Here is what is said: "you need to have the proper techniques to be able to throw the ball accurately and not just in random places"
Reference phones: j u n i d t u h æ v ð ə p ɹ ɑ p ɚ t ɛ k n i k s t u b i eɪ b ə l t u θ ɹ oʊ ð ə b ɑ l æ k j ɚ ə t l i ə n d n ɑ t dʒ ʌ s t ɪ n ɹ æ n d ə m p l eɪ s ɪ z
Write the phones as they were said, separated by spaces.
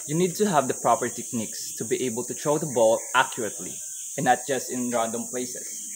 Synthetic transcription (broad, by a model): j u n i d t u h æ v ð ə p ɹ ɑ p ɚ t ɛ k n i k s t u b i eɪ b ə l t u t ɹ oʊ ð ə b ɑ l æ k j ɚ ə t l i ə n n ɑ t dʒ ʌ s t ɪ n ɹ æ n d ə m p l eɪ s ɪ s